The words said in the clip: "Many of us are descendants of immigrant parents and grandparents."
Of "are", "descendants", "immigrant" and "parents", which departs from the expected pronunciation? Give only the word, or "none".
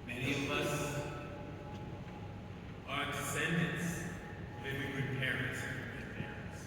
immigrant